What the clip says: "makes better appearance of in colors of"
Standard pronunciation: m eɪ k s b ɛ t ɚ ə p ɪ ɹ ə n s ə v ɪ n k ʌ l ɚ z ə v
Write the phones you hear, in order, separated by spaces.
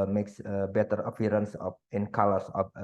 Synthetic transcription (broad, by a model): m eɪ k s b ɛ t ɚ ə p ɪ ɹ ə n s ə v ɪ n k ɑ l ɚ s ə